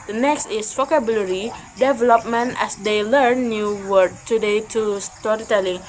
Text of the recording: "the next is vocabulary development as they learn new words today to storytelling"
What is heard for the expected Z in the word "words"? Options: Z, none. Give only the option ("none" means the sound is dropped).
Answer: none